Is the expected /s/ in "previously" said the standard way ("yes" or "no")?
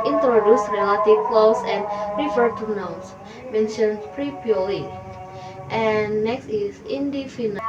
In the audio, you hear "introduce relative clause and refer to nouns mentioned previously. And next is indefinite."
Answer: no